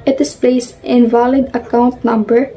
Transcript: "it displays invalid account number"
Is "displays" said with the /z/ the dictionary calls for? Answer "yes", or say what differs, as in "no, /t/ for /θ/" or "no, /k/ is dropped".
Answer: no, /s/ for /z/